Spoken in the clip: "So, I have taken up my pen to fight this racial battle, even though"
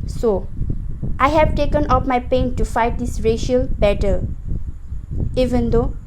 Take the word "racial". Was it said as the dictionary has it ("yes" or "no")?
yes